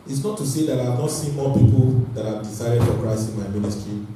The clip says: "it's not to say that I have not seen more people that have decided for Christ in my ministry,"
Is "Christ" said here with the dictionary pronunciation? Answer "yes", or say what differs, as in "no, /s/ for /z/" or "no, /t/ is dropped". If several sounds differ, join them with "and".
no, /t/ is dropped